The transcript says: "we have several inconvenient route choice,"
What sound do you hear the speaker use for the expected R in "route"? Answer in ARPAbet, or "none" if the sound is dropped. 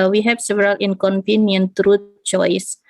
R